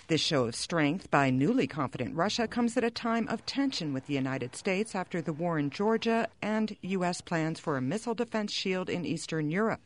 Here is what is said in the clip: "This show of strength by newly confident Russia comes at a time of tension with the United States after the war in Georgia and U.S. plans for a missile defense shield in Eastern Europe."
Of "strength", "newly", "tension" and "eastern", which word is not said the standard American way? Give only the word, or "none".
none